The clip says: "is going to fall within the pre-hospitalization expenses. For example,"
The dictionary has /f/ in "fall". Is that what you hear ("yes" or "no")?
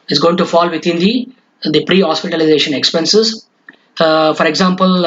yes